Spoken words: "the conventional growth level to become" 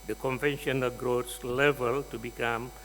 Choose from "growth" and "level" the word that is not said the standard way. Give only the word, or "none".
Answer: growth